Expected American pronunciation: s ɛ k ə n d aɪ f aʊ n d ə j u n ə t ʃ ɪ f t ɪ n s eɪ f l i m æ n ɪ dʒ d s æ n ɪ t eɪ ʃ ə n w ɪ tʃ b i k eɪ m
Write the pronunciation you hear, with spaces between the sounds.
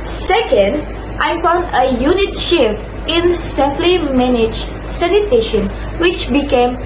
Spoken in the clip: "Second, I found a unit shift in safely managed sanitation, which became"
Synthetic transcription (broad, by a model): s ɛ k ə n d aɪ f aʊ n d ə j u n ə t ʃ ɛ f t ɪ n s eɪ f l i m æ n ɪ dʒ s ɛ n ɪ t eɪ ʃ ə n w ɪ tʃ b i k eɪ m